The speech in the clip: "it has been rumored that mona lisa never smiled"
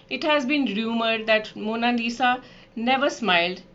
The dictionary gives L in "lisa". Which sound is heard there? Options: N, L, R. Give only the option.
N